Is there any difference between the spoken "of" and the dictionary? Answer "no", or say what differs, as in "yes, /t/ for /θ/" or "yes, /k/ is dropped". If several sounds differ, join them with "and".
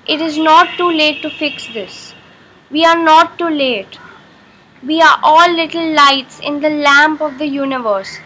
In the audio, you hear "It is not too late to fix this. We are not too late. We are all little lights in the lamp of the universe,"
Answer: no